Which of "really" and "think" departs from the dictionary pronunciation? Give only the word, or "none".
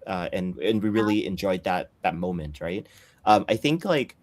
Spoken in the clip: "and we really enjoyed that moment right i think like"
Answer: none